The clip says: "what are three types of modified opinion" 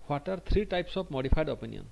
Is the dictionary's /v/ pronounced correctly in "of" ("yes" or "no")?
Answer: no